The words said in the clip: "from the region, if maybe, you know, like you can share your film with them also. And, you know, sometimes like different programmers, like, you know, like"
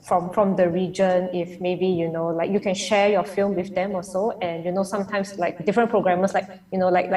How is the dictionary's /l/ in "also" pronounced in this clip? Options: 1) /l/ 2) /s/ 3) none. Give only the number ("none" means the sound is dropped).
3